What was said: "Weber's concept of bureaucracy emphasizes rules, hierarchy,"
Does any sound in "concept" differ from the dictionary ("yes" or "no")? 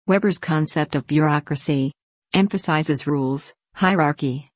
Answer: no